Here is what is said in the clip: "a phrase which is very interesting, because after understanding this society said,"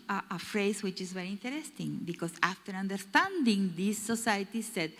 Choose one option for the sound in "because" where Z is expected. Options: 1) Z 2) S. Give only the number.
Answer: 2